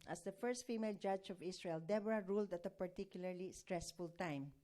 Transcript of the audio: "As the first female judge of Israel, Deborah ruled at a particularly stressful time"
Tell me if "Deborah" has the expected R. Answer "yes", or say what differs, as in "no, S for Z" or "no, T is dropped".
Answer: yes